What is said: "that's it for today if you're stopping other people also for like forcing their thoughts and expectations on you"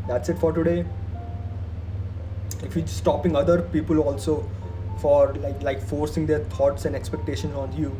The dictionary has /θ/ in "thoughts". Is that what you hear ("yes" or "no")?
no